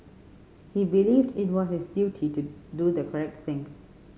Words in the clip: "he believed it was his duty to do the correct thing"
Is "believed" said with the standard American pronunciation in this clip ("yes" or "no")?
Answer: yes